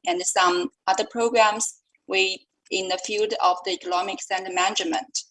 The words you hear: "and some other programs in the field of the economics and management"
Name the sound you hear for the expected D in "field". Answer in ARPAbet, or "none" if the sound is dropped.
D